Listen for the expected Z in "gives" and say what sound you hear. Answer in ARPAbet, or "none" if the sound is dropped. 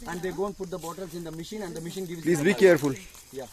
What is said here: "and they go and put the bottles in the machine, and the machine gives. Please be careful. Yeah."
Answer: none